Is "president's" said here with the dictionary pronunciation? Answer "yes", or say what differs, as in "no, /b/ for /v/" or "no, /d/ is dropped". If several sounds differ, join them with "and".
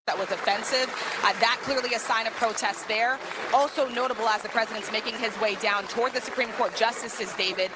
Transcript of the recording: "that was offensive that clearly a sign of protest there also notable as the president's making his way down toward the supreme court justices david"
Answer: yes